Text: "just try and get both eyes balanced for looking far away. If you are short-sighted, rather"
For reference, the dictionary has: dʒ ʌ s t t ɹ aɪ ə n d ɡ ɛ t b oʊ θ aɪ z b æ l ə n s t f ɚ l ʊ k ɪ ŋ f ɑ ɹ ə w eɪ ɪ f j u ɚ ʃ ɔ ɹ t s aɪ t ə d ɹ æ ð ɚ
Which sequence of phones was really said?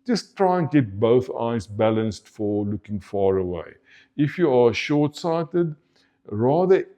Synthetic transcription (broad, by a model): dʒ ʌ s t t ɹ aɪ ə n ɡ ɛ t b oʊ θ aɪ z b æ l ə n s t f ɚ l ʊ k ɪ ŋ f ɑ ɹ ə w eɪ ɪ f j u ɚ ʃ ɔ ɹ t s aɪ t ə d ɹ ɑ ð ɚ